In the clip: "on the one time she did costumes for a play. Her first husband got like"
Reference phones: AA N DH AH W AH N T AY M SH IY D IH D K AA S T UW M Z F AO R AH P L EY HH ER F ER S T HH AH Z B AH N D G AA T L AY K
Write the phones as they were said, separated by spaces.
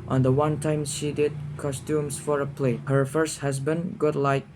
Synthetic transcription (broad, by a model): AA N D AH W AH N T AY M SH IY D IH D K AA S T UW M S F AO R AH P L EY HH ER F ER S T HH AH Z B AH N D G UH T L AY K